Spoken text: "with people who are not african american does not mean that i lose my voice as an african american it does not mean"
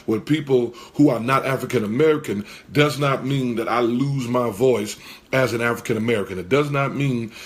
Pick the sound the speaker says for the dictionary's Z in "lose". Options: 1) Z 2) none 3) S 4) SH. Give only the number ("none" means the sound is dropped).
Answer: 1